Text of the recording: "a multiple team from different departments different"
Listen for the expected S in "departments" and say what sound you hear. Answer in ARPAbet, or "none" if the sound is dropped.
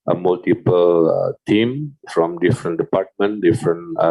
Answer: none